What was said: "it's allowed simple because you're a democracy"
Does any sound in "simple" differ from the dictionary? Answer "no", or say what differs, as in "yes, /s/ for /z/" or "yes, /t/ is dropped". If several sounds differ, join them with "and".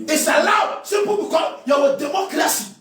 yes, /m/ is dropped